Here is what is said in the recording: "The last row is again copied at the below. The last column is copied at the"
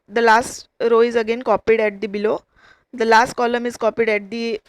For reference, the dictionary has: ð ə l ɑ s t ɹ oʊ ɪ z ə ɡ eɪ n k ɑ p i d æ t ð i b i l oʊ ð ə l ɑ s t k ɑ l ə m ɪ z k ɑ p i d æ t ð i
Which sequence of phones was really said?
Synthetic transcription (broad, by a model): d ə l ɑ s t ɹ oʊ ɪ z ə ɡ eɪ n k ɑ p i d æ t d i b i l oʊ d ə l ɑ s t k ɑ l ə m ɪ z k ɑ p i d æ t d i